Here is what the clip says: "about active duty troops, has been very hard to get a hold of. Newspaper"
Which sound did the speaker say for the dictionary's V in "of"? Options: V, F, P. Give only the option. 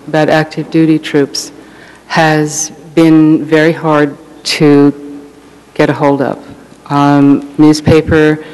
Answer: P